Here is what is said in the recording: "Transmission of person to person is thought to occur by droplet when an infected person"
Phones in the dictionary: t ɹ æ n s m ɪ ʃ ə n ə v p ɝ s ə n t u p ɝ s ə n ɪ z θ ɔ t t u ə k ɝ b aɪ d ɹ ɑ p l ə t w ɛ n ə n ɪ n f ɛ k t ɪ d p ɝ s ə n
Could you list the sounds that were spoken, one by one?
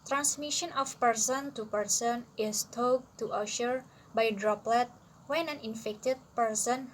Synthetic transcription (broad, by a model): t ɹ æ n s m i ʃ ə n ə f p ɝ s ə n t u p ɝ s ə n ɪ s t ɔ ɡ t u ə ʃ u b aɪ d ɹ ɑ p l ə t w ɛ n ə n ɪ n f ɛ k t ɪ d p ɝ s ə n